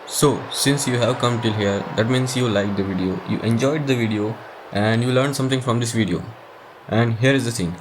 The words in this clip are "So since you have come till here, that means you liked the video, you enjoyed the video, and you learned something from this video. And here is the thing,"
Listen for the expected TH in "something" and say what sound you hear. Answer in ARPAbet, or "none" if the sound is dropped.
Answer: T